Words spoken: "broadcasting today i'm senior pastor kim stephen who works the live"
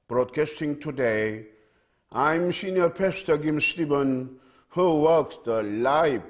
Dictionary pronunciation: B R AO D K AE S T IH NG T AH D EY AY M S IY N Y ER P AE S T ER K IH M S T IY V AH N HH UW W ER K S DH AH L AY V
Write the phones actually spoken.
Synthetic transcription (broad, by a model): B R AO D K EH S T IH NG T AH D EY AY M S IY N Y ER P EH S T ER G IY M S T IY B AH N HH UW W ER K S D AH L AY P